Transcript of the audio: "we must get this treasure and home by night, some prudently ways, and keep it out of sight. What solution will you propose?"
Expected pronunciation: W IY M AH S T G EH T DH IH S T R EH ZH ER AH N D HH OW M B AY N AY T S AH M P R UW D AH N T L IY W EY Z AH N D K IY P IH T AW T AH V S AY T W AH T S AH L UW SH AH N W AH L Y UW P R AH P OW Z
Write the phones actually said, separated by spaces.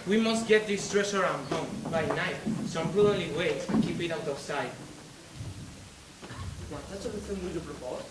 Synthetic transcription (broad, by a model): W IY M AH S T G EH T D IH S T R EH S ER AH N D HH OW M B AY N AY T S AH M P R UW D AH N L IY W EY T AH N K IY P IH T AW T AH F S AY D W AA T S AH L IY S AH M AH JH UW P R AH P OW